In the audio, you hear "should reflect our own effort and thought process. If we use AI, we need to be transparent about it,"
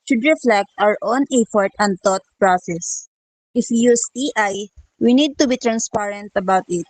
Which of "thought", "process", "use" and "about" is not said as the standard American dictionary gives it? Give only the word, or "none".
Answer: thought